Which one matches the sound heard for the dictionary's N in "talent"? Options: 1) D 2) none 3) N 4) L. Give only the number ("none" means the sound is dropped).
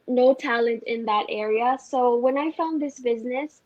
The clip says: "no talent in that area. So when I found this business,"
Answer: 3